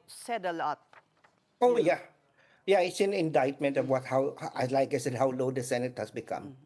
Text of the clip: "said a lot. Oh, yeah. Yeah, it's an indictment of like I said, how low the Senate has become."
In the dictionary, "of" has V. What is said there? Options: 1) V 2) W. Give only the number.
2